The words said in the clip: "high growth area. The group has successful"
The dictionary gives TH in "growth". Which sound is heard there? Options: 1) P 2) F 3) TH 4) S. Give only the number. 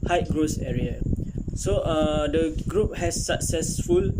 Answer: 4